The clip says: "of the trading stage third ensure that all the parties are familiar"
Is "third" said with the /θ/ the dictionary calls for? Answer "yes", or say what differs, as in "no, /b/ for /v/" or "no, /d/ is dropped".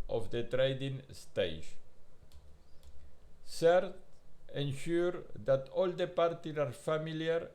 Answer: no, /s/ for /θ/